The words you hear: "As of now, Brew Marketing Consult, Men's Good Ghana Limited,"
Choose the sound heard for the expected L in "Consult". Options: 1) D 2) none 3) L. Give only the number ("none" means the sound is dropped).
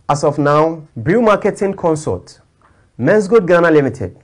2